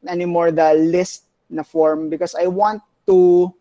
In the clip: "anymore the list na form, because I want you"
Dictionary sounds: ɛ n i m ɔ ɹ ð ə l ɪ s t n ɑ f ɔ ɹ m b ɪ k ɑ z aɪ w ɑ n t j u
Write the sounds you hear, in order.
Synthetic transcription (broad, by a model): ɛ n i m ɔ ɹ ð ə l ɪ s t n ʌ f ɔ ɹ m b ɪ k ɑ s aɪ w ɑ n t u